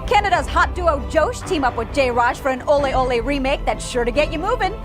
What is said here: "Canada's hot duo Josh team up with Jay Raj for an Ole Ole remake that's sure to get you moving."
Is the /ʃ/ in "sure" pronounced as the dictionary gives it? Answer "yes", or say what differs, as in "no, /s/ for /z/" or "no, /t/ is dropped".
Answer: yes